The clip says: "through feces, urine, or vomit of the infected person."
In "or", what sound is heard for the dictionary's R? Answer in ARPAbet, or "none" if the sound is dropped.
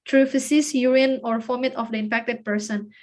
R